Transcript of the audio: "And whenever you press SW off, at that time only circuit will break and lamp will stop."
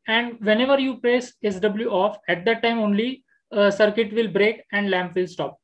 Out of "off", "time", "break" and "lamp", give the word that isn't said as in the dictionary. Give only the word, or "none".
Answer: none